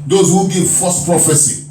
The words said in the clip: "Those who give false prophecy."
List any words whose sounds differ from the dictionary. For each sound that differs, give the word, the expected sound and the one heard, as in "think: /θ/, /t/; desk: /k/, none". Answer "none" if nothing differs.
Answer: false: /l/, none